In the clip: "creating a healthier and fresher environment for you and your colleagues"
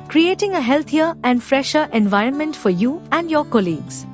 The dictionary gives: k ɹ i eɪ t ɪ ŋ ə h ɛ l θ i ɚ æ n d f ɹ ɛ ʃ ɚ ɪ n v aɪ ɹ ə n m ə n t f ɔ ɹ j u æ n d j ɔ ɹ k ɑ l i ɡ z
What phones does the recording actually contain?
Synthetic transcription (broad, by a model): k ɹ i eɪ t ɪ ŋ ə h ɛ l t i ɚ æ n d f ɹ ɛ ʃ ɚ ɪ n v aɪ ɹ ə n m ə n t f ɔ ɹ j u æ n d j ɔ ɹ k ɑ l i ɡ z